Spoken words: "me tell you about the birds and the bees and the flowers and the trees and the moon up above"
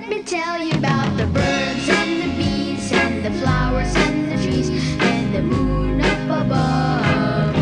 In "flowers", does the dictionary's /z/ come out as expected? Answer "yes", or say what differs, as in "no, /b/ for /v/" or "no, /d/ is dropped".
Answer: yes